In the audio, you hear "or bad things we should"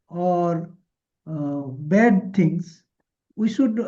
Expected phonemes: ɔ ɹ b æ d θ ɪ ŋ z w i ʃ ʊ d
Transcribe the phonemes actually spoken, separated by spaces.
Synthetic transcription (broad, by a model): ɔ ɹ b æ d t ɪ ŋ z w i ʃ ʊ d